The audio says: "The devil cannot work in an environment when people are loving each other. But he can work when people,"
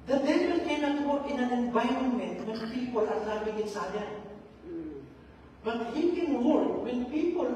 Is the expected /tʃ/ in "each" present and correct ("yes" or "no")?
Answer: no